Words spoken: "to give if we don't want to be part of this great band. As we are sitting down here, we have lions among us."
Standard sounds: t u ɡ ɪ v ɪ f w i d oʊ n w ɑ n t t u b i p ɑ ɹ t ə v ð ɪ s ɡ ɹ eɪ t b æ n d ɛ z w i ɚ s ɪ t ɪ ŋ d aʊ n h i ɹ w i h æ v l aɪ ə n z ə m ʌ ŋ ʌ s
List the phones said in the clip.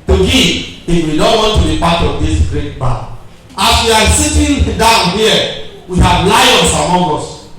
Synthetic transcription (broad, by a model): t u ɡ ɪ ɪ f w i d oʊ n w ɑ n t t u b i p ɑ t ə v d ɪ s ɡ ɹ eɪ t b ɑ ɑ s w i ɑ s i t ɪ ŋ d aʊ n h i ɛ w i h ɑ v l aɪ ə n s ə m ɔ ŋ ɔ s